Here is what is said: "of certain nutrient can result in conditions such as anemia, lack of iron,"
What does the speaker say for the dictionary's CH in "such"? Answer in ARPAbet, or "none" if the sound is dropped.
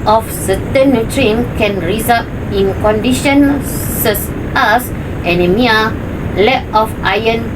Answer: S